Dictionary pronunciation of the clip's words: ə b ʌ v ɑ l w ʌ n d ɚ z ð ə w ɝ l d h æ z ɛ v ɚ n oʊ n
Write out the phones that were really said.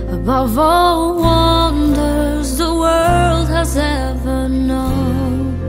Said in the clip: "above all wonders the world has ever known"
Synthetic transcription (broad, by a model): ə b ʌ v ɑ l w ʌ n d ɚ z ð ə w ɝ l d h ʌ z ɛ v ɚ n oʊ n